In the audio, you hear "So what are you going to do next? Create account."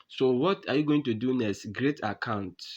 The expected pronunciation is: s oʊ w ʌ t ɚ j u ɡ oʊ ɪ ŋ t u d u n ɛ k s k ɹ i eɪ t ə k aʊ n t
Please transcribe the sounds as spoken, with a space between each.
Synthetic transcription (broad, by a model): s oʊ w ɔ t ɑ j u ɡ oʊ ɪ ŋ t u d u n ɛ s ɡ ɹ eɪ t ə k aʊ n t